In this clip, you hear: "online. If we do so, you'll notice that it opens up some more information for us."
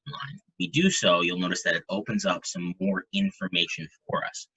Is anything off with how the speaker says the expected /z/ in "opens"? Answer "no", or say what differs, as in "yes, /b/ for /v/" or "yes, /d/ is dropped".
no